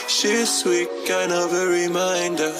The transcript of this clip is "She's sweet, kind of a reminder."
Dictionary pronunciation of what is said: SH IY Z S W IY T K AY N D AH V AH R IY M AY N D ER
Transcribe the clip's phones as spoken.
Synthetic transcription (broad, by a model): SH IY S W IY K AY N AH V AH R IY M AY N D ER